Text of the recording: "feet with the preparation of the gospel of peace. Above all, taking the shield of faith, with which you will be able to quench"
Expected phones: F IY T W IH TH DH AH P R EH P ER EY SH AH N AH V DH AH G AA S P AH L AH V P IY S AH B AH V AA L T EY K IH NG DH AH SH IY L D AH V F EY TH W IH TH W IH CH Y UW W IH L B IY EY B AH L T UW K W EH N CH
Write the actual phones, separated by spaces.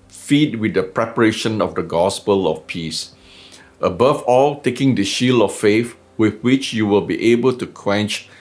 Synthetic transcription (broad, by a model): F IY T W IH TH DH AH P R EH P ER EY SH AH N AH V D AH G AA S P AH L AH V P IY S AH B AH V AA L T EY K IH NG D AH SH IY L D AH F F EY F W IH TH W IH CH Y UW W IH L B IY EY B AH L T UW K W EH N CH